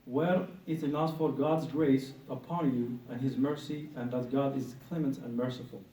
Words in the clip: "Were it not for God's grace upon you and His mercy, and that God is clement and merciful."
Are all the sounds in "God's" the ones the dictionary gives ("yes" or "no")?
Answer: yes